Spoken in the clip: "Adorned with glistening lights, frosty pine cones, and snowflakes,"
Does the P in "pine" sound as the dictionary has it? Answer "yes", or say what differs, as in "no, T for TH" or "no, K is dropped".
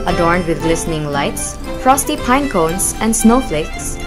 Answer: yes